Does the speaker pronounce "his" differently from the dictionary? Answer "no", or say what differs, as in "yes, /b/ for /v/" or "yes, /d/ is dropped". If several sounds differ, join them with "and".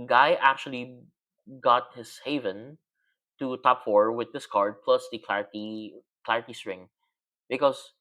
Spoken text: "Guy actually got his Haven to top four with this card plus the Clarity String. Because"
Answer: yes, /s/ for /z/